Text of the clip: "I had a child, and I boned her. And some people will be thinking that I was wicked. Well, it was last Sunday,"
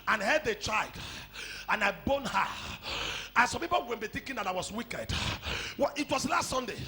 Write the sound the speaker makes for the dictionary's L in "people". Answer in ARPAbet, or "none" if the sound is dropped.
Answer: W